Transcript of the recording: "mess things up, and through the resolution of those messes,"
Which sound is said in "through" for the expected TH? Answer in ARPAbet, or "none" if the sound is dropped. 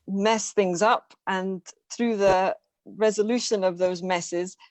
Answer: TH